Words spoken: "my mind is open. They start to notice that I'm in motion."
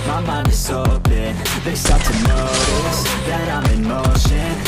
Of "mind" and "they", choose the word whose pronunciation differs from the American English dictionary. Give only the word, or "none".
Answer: mind